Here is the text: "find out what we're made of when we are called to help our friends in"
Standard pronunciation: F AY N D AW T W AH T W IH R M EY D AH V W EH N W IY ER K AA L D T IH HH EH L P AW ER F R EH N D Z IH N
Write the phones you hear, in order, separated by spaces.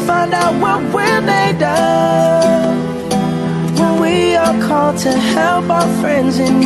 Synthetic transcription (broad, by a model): F AY N D AW T W AH T W IH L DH EY D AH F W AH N W IY ER K AA L D T IH HH EH L P AW ER F R EH N D Z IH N